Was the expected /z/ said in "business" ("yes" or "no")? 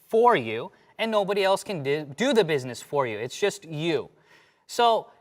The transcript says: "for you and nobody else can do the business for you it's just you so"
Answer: yes